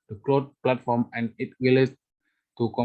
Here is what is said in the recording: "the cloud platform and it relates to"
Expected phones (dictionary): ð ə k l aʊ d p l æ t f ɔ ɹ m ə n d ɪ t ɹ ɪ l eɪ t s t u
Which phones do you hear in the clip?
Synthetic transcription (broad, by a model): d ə k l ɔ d p l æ t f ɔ ɹ m ə n d ɪ t w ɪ l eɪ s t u